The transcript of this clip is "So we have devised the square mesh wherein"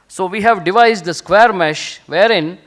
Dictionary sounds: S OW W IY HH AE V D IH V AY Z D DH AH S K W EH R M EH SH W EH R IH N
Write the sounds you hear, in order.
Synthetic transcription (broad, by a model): S OW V IY HH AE V D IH V AY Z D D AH S K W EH R M EH SH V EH R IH N